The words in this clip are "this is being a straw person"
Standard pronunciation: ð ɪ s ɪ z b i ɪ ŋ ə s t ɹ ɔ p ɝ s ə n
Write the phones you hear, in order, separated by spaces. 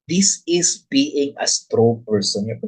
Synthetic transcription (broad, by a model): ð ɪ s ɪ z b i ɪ ŋ ə s t ɹ ɔ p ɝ s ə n